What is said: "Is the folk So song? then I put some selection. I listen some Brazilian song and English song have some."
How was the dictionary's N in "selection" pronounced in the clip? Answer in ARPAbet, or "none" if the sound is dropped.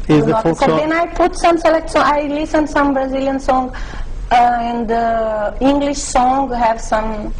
none